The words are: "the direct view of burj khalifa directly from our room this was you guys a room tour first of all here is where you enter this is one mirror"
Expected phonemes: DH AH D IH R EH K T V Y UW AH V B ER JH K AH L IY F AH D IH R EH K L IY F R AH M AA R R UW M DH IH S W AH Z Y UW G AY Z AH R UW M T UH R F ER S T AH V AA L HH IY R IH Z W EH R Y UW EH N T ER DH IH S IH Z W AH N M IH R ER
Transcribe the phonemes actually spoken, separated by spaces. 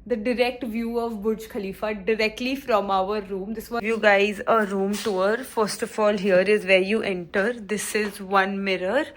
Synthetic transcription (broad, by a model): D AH D IH R EH K T V Y UW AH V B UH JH K AH L IY F AH D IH R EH K L IY F R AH M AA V R UW M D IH S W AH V Y UW G AY Z AH R UW M T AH R F ER S T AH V AA L HH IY R IH Z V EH R Y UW EH N T ER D IH S IH Z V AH N M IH R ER